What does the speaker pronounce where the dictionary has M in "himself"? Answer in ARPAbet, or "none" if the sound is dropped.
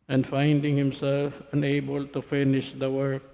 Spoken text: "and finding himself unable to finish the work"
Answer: M